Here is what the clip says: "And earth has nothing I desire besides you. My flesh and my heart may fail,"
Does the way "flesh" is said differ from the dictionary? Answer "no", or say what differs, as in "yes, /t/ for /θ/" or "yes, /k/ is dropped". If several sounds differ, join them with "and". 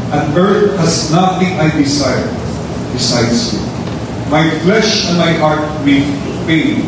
no